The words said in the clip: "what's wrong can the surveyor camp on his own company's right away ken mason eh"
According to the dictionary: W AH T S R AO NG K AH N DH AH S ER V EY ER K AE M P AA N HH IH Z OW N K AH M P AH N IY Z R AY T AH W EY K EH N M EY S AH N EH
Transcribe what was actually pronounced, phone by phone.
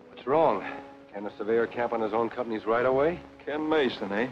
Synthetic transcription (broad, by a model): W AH T S R AO NG K AH N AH S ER V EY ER K AE M P N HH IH Z OW N K AH M P AH N IY Z R AY T AH W EY K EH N M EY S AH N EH